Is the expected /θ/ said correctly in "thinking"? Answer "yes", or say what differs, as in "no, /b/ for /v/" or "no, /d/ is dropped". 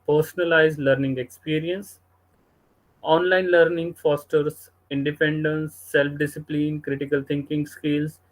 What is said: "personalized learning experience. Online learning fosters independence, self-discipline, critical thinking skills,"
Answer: no, /t/ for /θ/